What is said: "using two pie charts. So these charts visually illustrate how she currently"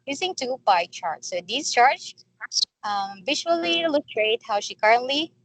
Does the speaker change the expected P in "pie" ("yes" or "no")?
yes